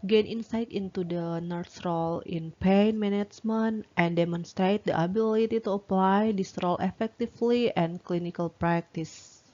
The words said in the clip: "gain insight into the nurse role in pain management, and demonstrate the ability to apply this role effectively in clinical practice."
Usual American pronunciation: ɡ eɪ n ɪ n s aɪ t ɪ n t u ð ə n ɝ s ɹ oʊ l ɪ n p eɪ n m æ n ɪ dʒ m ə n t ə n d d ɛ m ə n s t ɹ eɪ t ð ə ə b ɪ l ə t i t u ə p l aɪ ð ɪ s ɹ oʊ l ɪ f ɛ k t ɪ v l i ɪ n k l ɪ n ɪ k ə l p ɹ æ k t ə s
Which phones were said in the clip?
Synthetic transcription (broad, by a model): ɡ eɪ n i n s aɪ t ɪ n t u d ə n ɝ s ɹ oʊ l ɪ n p eɪ n m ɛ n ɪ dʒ m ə n t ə n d d ɛ m ə n s t ɹ eɪ t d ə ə b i l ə t i t u ə p l aɪ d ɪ s ɹ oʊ l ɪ f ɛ k t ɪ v l i ɪ n k l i n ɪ k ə l p ɹ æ k t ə s